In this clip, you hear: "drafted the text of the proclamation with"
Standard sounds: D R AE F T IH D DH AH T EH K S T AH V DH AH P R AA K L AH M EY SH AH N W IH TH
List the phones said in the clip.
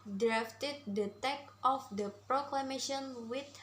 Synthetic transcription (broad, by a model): D R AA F T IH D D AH T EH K T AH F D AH P R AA K L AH M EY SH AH N W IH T